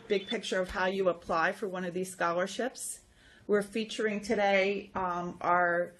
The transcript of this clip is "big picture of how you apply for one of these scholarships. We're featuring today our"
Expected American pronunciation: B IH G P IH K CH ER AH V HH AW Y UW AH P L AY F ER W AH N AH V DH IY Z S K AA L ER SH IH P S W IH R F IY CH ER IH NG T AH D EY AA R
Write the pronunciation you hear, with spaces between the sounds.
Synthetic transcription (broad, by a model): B IH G P IH K CH ER AH V HH AW Y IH AH P L AY F ER W AH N AH V DH IY Z S K AA L ER SH IH P S W IH R F IY CH ER IH NG T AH D EY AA R